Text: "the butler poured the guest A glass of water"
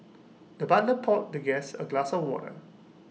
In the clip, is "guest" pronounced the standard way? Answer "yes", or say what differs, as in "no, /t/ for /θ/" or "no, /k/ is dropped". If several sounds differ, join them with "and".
no, /t/ is dropped